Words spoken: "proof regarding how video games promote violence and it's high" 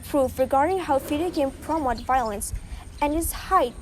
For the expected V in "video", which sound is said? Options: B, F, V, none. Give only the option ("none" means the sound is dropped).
F